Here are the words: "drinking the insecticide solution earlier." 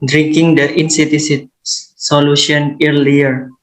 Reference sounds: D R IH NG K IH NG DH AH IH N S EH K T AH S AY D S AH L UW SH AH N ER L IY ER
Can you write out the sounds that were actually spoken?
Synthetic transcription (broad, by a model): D R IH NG K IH NG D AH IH N S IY T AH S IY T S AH L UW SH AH N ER L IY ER